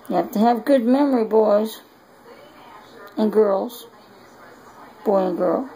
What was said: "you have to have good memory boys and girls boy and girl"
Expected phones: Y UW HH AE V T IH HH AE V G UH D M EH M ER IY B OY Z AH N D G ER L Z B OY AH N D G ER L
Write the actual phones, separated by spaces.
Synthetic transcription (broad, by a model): Y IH HH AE F T IH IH V G UH D M EH M ER IY B OY Z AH N G ER L Z B OY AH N G ER L